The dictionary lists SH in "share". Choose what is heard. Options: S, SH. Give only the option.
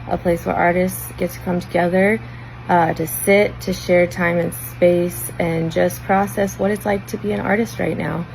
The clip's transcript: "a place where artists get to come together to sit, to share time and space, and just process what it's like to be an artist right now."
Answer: SH